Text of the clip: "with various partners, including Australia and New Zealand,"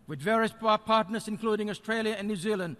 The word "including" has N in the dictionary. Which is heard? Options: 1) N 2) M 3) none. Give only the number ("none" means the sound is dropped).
1